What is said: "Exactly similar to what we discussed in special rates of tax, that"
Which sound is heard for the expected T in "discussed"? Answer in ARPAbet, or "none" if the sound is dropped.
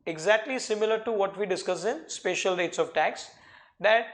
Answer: none